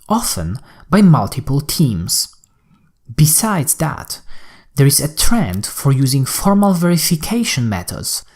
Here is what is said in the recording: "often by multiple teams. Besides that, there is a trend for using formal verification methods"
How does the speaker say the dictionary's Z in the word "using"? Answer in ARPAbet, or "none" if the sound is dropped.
Z